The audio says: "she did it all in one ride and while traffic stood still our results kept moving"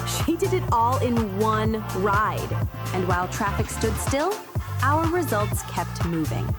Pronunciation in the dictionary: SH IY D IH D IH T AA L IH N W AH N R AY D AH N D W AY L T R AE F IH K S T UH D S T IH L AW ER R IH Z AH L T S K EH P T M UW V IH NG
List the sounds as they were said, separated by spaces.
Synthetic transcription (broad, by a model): SH IY D IH D IH T AA L IH N W AH N R AY D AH N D W AY L T R AE F IH K S T UH D S T IH L AW ER R IH Z AH L T S K EH P T M UW V IH NG